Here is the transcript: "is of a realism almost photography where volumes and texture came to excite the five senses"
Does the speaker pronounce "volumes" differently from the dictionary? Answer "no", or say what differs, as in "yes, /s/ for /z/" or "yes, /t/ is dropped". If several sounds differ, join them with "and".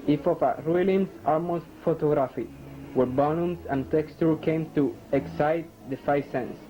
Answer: yes, /b/ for /v/